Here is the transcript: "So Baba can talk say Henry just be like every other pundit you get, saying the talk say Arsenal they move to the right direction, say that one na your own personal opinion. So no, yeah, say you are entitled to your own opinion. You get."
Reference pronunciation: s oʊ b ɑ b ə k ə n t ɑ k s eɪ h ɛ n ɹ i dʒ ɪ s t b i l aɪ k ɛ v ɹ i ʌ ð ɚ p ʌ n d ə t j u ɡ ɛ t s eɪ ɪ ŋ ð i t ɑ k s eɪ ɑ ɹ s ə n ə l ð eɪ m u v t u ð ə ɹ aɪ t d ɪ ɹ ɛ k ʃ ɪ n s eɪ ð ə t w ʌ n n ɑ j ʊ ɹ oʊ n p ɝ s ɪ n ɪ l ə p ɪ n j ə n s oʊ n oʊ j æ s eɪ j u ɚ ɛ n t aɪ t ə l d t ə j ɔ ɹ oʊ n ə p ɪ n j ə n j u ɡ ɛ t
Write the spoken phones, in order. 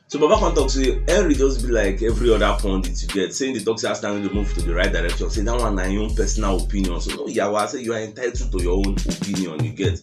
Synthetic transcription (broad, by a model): s oʊ b ɑ b ə k ə n t ɑ k s eɪ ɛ ɹ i dʒ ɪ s b i l aɪ k ɛ v ɹ i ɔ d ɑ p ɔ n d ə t j u ɡ ɛ t s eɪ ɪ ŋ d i t ɑ k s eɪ ɑ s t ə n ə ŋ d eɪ m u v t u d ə ɹ aɪ t d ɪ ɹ ɛ k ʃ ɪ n s eɪ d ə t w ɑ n n ɑ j oʊ n p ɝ s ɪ n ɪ l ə p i n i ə n s oʊ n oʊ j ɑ s eɪ j u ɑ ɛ n t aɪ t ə t ə j ɔ oʊ n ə p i n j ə n j u ɡ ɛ t